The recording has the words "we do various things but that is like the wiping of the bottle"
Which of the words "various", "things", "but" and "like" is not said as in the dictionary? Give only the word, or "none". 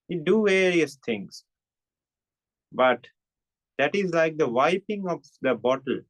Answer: things